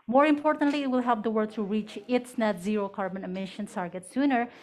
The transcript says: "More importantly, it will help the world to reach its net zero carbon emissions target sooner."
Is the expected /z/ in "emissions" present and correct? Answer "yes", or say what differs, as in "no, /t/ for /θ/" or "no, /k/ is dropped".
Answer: no, /z/ is dropped